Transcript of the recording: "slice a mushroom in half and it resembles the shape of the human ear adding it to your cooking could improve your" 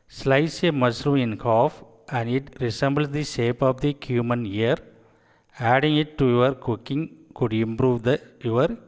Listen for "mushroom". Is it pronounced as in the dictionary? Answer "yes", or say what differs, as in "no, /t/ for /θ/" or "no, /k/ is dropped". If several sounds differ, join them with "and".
no, /s/ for /ʃ/ and /m/ is dropped